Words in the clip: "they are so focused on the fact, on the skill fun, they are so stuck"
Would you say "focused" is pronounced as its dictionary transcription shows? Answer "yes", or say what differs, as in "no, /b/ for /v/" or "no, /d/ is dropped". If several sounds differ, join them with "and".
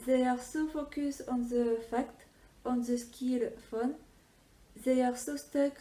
no, /t/ is dropped